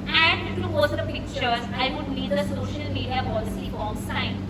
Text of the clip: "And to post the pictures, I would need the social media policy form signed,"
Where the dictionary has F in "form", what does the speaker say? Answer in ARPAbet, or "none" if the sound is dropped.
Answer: P